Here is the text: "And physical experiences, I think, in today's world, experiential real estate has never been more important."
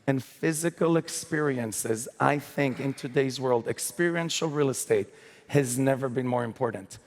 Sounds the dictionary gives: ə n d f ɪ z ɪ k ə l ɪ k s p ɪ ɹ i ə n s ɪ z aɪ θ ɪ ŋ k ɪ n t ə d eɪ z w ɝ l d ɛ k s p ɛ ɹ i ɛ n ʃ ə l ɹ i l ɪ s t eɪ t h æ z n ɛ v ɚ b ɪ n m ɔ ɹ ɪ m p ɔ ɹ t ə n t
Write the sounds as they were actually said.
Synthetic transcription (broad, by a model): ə n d f ɪ z ɪ k ə l ɪ k s p ɪ ɹ i ə n s ɪ z aɪ θ ɪ ŋ k ɪ n t ə d eɪ z w ɝ l d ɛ k s p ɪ ɹ i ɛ n ʃ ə l ɹ i l ɪ s t eɪ t h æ z n ɛ v ɚ b ɪ n m ɔ ɹ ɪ m p ɔ ɹ t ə n t